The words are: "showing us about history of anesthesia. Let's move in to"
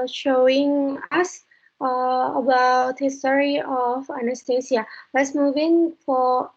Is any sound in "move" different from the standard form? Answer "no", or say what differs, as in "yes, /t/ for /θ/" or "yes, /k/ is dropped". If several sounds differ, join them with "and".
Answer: no